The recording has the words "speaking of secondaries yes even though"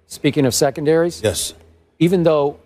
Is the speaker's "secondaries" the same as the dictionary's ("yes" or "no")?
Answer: yes